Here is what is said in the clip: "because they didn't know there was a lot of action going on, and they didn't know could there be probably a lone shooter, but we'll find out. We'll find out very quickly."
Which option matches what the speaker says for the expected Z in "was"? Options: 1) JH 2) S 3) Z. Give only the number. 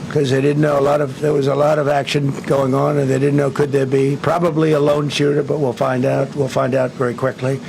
3